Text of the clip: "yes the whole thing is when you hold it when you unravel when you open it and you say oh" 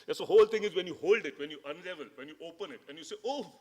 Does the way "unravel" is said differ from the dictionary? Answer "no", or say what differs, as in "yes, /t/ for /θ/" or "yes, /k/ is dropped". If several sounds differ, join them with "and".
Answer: yes, /l/ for /ɹ/